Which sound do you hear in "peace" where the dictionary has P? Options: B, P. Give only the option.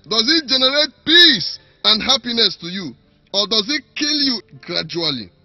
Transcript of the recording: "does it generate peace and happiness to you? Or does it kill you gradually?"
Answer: P